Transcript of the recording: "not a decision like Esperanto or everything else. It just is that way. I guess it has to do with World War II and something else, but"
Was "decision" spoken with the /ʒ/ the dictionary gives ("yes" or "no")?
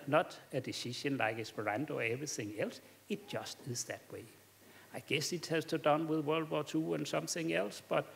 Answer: no